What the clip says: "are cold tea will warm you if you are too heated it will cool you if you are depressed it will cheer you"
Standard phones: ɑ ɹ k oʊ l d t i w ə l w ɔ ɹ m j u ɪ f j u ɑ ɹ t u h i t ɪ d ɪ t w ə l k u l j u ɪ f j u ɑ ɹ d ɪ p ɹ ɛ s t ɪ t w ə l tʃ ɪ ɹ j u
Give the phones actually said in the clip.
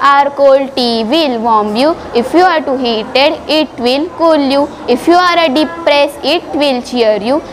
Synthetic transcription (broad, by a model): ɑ ɹ k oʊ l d t i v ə l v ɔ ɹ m j u ɪ f j u ɑ ɹ t u h i t ɪ d ɪ t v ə l k u l j u ɪ f j u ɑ ɹ d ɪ p ɹ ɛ s ɪ t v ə l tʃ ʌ ɹ j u